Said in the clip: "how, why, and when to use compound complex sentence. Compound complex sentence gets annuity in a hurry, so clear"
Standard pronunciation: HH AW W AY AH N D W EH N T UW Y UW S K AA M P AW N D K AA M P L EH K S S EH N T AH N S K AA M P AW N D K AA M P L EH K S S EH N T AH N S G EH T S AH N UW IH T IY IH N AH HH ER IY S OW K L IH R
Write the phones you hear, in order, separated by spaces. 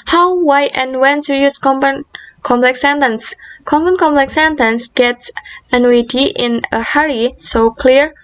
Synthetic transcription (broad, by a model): HH AW W AY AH N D W EH N S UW Y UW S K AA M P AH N K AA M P L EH K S S EH N T AH N S K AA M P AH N K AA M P L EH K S S EH N T AH N S G EH T S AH N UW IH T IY IH N AH HH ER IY S OW K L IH R